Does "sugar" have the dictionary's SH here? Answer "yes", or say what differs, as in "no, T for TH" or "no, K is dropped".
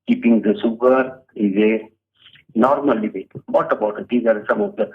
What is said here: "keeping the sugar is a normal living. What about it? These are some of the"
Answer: no, S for SH